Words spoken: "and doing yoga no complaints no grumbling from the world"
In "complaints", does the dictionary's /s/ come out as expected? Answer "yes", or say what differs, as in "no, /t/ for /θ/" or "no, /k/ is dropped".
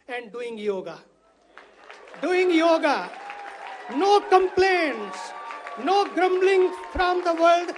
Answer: yes